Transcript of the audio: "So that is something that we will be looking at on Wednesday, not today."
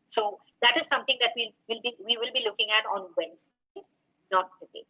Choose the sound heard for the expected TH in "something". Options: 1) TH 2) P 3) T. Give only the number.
3